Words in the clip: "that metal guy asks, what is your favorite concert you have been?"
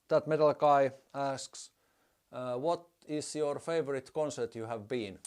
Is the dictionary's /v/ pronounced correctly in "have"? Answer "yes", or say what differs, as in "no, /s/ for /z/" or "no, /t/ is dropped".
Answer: yes